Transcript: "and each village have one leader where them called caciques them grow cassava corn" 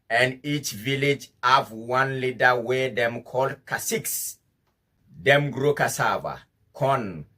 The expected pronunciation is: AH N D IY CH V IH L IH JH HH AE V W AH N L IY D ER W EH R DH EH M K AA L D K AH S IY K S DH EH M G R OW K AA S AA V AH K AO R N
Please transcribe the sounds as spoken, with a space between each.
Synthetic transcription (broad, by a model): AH N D IY CH V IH L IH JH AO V W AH N L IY D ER W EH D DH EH M K AA L D K AH S IY K S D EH M G R OW K AA S AA V AH K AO N